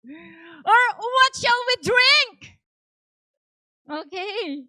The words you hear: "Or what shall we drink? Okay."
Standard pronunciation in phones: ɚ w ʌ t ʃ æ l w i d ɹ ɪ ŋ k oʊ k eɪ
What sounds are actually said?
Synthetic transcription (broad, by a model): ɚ w ʌ t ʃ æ l w i d ɹ ɪ ŋ k oʊ k eɪ